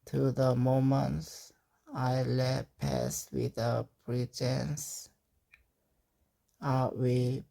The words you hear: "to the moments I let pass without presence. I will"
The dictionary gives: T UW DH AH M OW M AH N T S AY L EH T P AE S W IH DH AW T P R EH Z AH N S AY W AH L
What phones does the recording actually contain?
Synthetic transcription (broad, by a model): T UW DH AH M OW M AH N T S AY L EH T P AE S W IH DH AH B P R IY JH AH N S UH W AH